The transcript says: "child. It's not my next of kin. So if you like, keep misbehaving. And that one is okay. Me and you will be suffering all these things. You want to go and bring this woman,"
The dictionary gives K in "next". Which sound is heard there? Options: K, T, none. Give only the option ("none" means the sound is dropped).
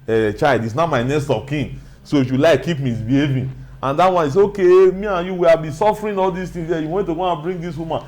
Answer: none